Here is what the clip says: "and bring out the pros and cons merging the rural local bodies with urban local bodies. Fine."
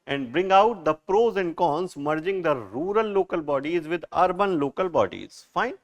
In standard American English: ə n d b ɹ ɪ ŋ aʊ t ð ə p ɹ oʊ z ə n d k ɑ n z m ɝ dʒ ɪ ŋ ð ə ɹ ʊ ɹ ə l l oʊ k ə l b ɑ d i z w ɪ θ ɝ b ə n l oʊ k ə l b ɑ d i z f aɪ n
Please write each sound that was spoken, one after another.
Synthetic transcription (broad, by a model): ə n d b ɹ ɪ ŋ aʊ t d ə p ɹ oʊ z ə n d k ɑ n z m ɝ dʒ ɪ ŋ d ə ɹ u ɹ ə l l oʊ k ə l b ɑ d i z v ɪ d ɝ b ə n l oʊ k ə l b ɑ d i z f aɪ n